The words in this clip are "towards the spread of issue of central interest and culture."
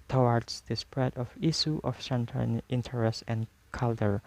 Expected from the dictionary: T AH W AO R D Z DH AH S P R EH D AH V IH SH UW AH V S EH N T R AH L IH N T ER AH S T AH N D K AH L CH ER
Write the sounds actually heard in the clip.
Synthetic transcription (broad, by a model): T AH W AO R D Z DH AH S P R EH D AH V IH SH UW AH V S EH N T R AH N IH N T ER AH S T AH N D K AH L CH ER